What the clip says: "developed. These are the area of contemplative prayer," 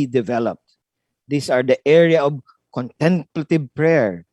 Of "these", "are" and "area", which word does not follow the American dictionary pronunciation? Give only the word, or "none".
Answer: these